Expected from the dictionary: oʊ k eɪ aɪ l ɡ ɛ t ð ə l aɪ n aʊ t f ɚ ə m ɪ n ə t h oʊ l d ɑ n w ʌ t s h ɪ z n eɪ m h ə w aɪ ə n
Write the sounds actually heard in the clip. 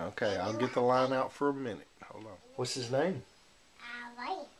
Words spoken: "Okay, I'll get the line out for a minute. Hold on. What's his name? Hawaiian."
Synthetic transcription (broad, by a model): oʊ k eɪ aɪ l ɡ ɛ t ð ə l aɪ n aʊ t f ɚ ə m ɪ n ə t h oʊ l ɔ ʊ w ʌ t s h ɪ z n eɪ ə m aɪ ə